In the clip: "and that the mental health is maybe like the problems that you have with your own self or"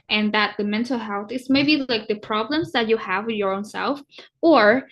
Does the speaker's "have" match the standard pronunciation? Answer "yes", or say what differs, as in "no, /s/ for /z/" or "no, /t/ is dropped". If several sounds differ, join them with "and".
yes